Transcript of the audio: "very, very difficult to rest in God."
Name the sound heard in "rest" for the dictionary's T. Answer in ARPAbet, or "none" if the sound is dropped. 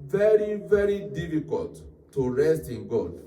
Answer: T